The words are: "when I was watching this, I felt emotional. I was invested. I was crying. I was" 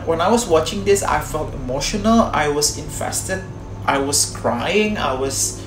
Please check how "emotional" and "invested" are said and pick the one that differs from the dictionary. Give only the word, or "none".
invested